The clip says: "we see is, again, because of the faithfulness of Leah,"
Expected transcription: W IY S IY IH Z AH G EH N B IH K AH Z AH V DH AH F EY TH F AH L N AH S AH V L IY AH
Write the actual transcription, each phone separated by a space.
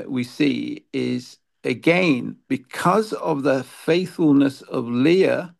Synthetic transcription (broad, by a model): W IY S IY IH Z AH G EH N B IH K AH Z AH V DH AH F EY TH F AH L N AH S AH V L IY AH